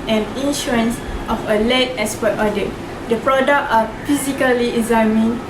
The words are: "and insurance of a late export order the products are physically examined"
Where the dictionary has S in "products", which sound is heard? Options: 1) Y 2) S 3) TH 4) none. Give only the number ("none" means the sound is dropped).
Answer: 4